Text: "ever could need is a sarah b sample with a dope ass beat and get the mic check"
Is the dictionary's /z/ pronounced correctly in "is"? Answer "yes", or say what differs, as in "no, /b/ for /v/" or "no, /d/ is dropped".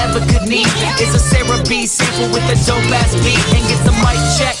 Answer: no, /s/ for /z/